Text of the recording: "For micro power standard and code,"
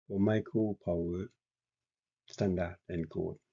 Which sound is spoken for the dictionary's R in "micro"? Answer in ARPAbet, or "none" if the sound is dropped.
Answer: none